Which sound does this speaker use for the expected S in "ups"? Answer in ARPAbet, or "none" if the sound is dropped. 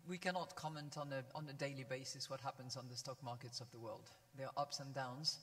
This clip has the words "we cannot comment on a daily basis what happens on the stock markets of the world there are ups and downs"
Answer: S